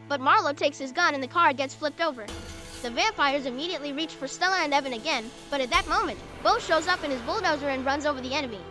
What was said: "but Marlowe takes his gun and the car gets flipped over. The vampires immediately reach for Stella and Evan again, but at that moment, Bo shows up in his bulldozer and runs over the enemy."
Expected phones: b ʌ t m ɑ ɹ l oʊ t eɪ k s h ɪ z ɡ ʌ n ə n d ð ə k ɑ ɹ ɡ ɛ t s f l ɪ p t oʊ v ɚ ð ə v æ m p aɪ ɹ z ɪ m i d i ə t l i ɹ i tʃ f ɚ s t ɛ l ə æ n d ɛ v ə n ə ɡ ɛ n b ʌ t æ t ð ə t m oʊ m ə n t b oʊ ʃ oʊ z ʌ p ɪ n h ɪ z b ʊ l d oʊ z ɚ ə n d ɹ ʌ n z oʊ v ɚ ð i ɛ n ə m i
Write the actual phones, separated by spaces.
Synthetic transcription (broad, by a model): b ʌ t m ɑ ɹ l oʊ t eɪ k s h ɪ z ɡ ʌ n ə n ð ə k ɑ ɹ ɡ ɛ t s f l ɪ p t oʊ v ɚ ð ə v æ m p aɪ ɹ z ɪ m i d i ə t l i ɹ i tʃ f ɚ s t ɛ l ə æ n d ɛ v ə n ə ɡ ɛ n b ʌ t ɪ t ð ə t m oʊ m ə n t b oʊ ʃ oʊ z ʌ p ɪ n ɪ z b ʊ l d oʊ z ɚ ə n ɹ ʌ n z oʊ v ɚ ð i ɛ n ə m i